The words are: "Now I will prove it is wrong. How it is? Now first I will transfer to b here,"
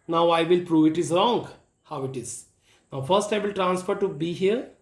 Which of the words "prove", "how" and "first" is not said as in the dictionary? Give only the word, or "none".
none